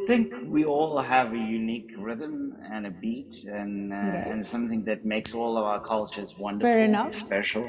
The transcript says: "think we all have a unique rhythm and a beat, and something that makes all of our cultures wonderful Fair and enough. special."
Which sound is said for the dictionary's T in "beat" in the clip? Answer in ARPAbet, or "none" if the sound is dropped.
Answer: T